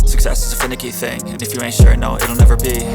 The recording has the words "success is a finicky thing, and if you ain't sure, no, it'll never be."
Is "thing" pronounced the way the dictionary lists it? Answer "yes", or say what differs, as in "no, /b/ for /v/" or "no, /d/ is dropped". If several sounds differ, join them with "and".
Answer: yes